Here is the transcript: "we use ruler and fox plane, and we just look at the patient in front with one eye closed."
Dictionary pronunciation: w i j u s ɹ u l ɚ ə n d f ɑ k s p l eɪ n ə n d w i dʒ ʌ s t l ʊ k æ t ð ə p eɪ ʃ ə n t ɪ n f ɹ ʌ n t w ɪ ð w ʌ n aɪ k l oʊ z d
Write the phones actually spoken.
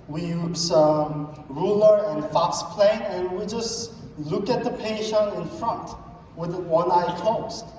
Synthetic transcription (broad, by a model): w i j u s ɹ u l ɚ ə n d f ɑ k s p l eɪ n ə n w i dʒ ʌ s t l ʊ k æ t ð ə p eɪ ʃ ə n ɪ n f ɹ ʌ n t w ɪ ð w ʌ n aɪ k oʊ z